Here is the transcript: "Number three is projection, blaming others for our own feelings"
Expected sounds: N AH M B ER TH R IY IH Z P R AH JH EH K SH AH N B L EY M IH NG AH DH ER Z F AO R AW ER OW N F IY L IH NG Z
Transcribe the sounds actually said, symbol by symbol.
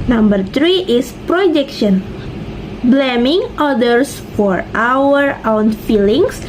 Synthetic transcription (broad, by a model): N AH M B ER T R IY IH S P R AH JH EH K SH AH N B L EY M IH NG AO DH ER S F AO R AW ER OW N F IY L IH NG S